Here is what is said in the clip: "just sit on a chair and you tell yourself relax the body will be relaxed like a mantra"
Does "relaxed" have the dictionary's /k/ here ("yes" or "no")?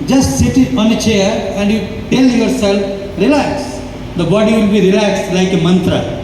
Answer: yes